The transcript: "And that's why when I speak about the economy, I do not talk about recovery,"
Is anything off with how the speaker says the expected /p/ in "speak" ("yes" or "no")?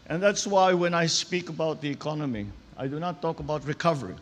no